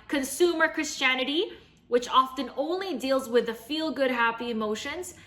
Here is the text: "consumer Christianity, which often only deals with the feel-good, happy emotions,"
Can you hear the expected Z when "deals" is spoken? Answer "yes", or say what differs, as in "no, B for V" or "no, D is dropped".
yes